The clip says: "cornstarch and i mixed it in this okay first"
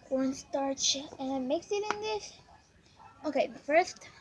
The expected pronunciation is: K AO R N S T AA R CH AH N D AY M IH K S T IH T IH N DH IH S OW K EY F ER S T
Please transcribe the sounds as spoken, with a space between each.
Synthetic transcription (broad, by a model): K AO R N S T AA R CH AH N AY M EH K S IH T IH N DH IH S OW K EY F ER S T